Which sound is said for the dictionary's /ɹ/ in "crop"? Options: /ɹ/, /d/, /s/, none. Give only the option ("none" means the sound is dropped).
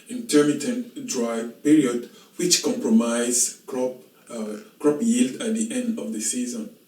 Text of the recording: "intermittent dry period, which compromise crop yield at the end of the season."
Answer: /ɹ/